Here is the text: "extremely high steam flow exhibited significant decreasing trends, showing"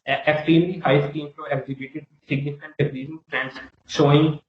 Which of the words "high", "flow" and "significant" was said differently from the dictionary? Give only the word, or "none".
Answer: flow